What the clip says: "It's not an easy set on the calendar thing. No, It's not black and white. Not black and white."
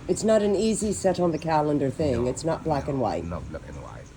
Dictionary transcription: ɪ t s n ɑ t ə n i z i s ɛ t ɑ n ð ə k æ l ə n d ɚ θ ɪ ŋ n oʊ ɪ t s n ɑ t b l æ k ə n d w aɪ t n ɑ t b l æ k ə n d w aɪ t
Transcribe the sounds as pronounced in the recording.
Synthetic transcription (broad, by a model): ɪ t s n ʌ t ə n i z i s ɛ t n ð ə k æ l ə n d ɚ θ ɪ ŋ ɪ t s n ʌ t b l æ k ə n w aɪ t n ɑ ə